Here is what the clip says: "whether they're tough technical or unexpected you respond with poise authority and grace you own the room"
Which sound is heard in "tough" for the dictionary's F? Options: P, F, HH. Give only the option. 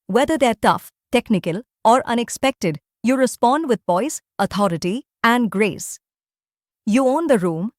F